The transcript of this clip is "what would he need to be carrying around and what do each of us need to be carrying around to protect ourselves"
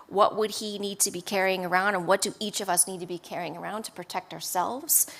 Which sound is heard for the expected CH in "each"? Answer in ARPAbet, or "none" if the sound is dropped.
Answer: CH